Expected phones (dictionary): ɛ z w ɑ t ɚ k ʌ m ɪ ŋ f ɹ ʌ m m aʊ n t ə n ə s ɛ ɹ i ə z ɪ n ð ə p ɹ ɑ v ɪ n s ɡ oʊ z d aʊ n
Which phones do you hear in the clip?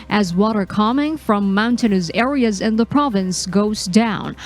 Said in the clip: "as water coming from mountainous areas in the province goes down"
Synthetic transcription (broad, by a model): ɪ z w ɑ t ɚ k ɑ m ɪ ŋ f ɹ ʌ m m aʊ n t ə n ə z ɛ ɹ i ə z ɪ n ð ə p ɹ ɑ v ɪ n s ɡ oʊ z d aʊ n